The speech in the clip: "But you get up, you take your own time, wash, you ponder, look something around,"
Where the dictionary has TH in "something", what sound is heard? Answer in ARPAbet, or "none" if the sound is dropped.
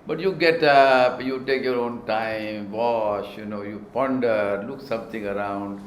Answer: T